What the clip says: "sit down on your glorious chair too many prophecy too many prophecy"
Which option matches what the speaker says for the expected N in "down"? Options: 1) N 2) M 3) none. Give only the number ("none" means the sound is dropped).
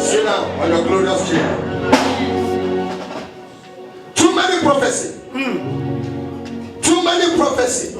3